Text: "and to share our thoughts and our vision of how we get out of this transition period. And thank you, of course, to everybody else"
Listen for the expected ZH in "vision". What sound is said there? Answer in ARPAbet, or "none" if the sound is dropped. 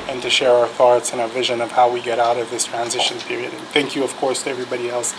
ZH